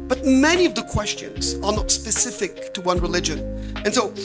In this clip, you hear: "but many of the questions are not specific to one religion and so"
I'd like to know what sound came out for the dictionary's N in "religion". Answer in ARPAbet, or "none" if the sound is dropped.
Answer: N